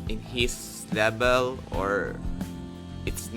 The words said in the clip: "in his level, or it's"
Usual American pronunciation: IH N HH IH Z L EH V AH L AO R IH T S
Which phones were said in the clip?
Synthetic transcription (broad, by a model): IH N HH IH S L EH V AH L AO R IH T S